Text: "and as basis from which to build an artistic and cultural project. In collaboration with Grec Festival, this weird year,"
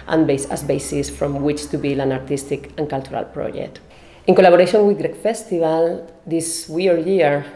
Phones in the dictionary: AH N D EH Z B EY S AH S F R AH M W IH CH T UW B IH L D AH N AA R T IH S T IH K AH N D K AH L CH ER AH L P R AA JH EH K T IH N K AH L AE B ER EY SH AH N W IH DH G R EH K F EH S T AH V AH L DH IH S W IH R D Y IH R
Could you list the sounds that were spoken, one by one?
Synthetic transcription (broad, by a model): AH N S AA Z B EY S AH S F R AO M W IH CH T UW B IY L AH N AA R T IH S T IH K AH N K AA L CH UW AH L P R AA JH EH K T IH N K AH L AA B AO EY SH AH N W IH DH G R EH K F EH S T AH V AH L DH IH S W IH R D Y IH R